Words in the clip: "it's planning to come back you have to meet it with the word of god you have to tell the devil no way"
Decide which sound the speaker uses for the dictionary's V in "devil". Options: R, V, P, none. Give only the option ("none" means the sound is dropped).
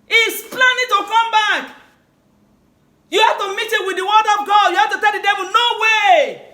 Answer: V